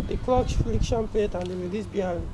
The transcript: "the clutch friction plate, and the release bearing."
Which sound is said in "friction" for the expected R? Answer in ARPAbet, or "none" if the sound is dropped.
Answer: L